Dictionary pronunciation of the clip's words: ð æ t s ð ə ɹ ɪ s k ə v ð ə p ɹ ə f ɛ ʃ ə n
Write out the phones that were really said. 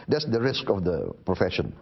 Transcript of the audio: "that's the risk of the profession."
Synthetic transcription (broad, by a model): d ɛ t s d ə ɹ ɪ s k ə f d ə p ɹ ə f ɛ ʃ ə n